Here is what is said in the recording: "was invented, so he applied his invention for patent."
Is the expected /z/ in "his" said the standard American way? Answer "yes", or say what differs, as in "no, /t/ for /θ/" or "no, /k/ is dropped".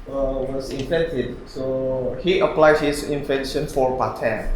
no, /s/ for /z/